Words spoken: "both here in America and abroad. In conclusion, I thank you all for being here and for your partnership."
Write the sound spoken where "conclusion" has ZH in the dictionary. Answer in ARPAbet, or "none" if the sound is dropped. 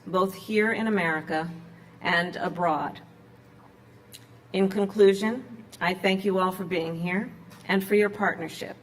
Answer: ZH